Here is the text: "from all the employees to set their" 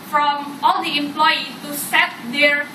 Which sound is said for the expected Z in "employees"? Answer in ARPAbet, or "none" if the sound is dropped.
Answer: none